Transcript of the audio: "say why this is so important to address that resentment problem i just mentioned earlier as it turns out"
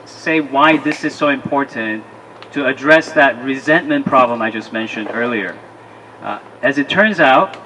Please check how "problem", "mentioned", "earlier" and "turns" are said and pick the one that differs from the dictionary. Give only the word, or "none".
none